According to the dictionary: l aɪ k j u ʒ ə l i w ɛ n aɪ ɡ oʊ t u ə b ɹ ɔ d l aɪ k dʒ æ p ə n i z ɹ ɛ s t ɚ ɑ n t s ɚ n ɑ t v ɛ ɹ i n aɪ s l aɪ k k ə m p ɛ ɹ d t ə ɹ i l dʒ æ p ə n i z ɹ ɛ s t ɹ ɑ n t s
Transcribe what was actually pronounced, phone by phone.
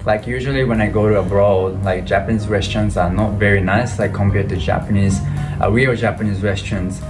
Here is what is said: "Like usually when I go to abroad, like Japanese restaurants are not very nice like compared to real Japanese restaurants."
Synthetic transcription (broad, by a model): l aɪ k j u ʒ ə l i w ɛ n aɪ ɡ oʊ t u ə b ɹ ɔ d l aɪ k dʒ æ p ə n i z w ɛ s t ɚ n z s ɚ n ɑ t v ɛ ɹ i n aɪ s l aɪ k k ə m p ɛ ɹ d t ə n i w dʒ æ p ə n i z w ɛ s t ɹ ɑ n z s